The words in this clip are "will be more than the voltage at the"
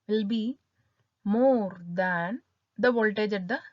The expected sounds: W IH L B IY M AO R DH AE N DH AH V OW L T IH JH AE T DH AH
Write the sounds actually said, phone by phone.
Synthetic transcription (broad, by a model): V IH L B IY M AO R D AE N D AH V OW L T IH JH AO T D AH